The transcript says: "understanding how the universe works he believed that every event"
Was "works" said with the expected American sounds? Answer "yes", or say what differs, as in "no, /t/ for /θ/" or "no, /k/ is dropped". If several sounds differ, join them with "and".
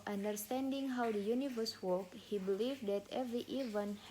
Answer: no, /s/ is dropped